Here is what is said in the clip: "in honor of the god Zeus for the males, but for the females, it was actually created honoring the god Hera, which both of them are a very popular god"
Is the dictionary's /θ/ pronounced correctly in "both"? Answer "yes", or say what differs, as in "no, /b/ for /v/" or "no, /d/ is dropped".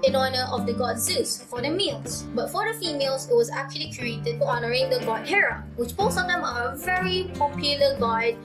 no, /s/ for /θ/